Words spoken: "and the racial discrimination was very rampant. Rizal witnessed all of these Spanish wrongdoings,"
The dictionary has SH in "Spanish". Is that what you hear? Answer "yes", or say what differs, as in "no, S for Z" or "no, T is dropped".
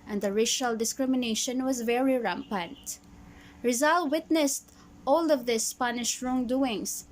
yes